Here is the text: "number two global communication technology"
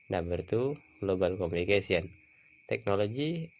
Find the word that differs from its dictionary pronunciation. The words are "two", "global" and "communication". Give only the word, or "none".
communication